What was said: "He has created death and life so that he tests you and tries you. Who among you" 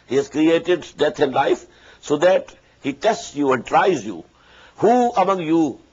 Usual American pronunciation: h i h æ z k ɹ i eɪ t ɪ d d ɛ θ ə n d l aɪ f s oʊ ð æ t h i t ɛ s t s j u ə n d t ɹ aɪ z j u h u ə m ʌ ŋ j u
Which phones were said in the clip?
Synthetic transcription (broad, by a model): h i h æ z k ɹ i eɪ t ɪ d d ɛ t ə n d l aɪ f s oʊ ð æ t h i t ɛ s t s j u ə n d t ɹ aɪ z j u h u ə m ʌ ŋ j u